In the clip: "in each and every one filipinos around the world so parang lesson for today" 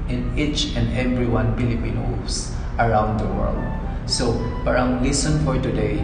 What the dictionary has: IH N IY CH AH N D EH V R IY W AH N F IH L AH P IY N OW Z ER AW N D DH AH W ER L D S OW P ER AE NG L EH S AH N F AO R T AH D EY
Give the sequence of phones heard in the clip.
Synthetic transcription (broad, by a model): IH N IY CH AH N D EH V R IY W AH N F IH L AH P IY N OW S ER AW N D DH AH W ER L D S OW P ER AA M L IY S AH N F AO R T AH D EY